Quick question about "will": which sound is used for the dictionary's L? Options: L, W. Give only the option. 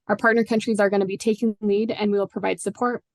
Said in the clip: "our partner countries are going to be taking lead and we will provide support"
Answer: L